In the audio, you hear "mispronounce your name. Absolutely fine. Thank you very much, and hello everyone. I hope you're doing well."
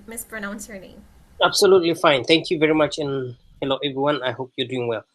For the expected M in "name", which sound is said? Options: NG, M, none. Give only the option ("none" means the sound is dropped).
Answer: none